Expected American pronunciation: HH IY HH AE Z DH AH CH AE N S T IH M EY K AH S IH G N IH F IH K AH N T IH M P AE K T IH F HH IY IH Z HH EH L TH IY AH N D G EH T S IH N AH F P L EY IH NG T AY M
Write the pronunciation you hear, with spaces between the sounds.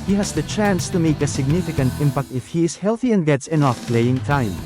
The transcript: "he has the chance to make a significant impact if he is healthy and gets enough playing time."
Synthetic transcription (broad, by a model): HH IY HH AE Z DH AH CH AE N S T IH M EY K AH S IH G N IH F IH K AH N T IH M P AE K T IH F HH IY IH Z HH EH L TH IY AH N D G EH T S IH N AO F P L EY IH NG T AY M